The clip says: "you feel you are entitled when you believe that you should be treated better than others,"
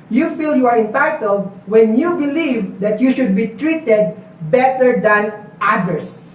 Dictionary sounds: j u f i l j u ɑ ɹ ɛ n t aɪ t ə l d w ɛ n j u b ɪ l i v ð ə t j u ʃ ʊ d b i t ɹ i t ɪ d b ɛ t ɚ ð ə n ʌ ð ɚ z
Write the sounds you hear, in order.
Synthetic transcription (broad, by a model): j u f i l j u ɑ ɹ ɛ n t aɪ t ə l d w ɛ n j u b ɪ l i v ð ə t j u ʃ ʊ d b i t ɹ i t ɪ d b ɛ t ɚ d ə n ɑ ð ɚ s